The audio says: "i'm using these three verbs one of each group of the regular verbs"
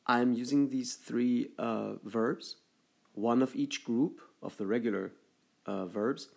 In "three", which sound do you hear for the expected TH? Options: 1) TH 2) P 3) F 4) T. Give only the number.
1